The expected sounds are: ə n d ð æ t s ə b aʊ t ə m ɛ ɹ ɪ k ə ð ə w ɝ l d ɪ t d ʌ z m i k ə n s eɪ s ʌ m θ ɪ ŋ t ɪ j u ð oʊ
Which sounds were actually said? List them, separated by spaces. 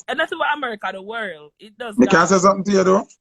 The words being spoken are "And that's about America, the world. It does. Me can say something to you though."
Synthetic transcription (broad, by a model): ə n ð æ t s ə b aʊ ə m ɛ ɹ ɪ k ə ð ə w ɝ l d ɪ t d ʌ z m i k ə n s eɪ s ʌ m θ ɪ ŋ t ɪ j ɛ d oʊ